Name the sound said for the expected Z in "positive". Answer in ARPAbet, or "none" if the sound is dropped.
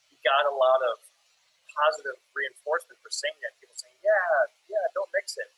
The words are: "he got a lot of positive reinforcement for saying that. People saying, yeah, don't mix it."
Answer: Z